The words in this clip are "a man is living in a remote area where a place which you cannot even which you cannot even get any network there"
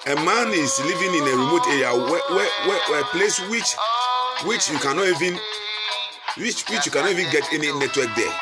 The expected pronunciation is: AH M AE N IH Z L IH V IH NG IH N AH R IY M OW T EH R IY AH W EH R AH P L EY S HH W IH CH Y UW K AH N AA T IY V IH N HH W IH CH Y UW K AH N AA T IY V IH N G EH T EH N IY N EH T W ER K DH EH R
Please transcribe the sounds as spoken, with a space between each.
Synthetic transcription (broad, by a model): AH M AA N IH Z L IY V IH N IH N AH R IY M OW T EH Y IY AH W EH W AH P L EY S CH W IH CH Y UW K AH N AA IY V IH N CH W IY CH Y UW K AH N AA IY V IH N G EH T EH N IY N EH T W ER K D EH